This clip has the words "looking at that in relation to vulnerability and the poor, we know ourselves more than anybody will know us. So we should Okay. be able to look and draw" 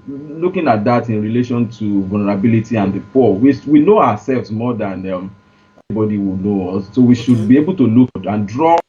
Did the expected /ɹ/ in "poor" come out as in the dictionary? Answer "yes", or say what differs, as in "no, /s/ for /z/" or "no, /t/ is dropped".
no, /w/ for /ɹ/